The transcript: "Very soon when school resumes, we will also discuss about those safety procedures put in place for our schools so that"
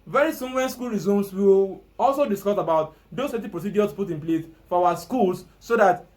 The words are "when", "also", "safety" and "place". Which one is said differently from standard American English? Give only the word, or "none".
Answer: safety